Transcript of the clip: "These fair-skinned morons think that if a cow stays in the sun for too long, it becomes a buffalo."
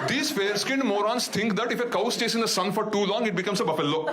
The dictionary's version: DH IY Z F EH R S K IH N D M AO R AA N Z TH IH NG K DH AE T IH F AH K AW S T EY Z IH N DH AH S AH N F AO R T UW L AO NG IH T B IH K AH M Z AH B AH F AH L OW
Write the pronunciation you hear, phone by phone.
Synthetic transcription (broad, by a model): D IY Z F EH R S K IH N D M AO R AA N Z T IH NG K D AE T IH F AH K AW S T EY S IH N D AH S AH N F AO R T UW L AO NG IH T B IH K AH M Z AH B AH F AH L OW